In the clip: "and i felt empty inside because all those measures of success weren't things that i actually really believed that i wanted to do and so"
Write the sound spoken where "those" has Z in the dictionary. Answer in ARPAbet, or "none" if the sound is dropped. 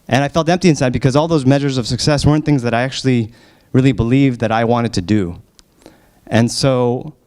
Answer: Z